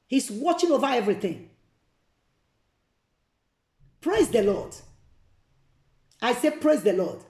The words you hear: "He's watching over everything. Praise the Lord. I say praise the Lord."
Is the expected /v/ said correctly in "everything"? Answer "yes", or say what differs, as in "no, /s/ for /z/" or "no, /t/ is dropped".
yes